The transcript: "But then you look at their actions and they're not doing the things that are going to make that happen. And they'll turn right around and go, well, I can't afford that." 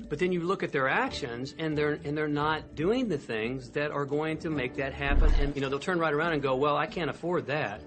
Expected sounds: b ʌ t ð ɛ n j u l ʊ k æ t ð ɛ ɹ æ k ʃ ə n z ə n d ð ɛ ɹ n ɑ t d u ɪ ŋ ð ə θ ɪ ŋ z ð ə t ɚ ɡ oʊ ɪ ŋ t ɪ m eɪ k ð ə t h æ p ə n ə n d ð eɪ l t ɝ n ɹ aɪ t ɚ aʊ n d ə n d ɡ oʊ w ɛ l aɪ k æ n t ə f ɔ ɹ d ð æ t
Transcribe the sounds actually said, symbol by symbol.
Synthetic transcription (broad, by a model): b ʌ t ð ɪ n j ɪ l ʊ k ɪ t ð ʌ ɹ æ k ʃ ə n z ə n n ð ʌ ɹ n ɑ t d u ɪ ŋ ð ə θ ɪ ŋ z ð ə t ɚ ɡ oʊ ɪ ŋ t ɪ m eɪ k ð ə t h æ p ə n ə n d ð eɪ l t ɝ n ɹ aɪ t ɚ aʊ n d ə n ɡ oʊ w ɛ l aɪ k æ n t ə f ɔ ɹ d ð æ t